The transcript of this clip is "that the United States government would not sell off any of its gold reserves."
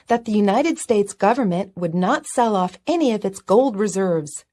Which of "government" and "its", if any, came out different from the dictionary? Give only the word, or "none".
none